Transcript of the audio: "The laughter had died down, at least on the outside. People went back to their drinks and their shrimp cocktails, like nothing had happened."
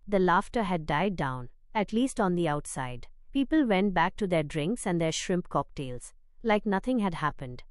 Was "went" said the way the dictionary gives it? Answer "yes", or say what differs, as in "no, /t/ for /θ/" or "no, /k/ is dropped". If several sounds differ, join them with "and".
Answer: yes